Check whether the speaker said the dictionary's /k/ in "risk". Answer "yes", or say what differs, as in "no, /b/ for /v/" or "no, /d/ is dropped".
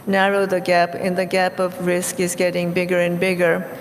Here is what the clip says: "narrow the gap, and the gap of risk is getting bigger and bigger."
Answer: yes